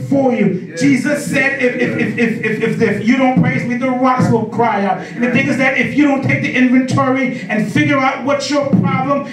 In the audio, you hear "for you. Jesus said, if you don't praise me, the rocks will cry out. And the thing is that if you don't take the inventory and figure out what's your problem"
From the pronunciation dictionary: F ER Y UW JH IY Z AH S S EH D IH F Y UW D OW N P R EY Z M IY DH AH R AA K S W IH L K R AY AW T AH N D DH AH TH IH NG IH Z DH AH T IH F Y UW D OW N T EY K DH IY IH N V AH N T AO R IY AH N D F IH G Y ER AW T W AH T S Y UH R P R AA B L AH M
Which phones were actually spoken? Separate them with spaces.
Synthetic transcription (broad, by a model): F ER Y UW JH IY Z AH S S EH D IH F Y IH D OW N P R EY Z M IY DH AH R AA S W IH L K R AY AW T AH N DH AH TH IH NG IH Z DH AH T IH F Y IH D OW N T EY K DH IY IH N V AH N T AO R IY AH N F IH G Y ER AW T W AH T S Y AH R P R AA B L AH M